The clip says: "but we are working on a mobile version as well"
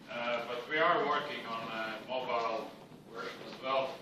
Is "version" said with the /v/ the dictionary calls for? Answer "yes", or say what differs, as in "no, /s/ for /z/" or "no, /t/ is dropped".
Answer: no, /w/ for /v/